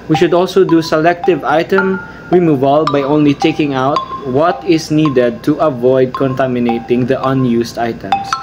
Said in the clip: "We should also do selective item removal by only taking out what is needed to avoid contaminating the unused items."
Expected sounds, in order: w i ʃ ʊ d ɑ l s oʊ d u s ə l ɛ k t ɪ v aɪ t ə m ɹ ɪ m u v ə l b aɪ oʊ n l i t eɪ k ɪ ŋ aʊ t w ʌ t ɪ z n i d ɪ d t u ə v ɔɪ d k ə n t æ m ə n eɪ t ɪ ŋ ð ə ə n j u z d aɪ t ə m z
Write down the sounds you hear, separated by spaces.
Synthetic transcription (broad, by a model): w i ʃ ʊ d ɑ l s oʊ d u s ə l ɛ k t ɪ v aɪ t ə m ɹ ɪ m u v ə l b aɪ oʊ n l i t eɪ k ɪ ŋ aʊ t w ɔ t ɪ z n i d ɪ d t u ə v ɔɪ d k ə n t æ m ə n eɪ t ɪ ŋ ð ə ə n j u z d aɪ t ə m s